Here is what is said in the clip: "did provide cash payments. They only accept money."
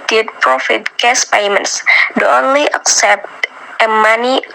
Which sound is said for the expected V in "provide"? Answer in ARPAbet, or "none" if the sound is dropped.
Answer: F